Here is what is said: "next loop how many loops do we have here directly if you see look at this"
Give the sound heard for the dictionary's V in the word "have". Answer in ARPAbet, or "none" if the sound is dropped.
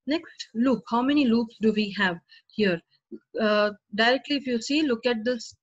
V